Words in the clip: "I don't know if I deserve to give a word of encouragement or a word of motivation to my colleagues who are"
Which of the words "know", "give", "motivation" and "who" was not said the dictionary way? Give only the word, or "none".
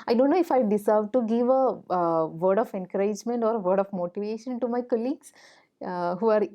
none